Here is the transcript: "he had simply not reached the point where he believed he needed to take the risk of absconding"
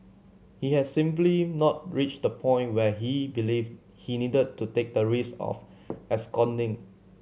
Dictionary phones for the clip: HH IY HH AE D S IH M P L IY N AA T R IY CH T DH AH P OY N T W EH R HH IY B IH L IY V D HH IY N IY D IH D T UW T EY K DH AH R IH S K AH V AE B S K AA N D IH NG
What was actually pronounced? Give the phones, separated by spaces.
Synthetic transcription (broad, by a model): HH IY HH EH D S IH M P L IY N AA T R IY CH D AH P OY N T W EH HH IY B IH L IY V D HH IY N IY D IH D T UW T EY K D AH R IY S AH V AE S K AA N D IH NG